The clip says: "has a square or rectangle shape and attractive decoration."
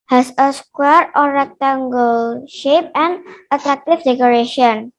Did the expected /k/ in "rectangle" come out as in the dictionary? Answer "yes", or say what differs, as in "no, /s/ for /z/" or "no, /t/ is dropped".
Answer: yes